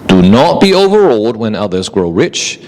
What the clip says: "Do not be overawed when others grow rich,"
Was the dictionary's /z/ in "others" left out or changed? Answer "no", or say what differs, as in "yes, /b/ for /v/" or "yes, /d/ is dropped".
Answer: no